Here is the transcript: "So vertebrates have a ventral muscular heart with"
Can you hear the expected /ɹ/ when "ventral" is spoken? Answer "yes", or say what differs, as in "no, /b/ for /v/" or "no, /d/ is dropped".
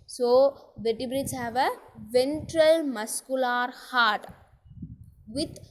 yes